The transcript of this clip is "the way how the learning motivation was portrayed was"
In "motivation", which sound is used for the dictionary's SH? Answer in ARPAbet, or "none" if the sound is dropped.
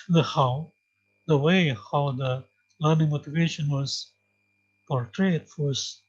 SH